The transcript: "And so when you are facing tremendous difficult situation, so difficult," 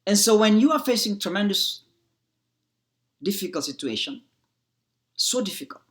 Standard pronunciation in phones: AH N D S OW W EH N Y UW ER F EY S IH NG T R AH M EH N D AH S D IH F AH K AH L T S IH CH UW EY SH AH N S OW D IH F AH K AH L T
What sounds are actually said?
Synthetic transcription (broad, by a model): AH N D S OW W EH N Y UW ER F EY S IH NG T R AH M EH N D AH S D IH F AH K AH L T S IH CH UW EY SH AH N S OW D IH F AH K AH L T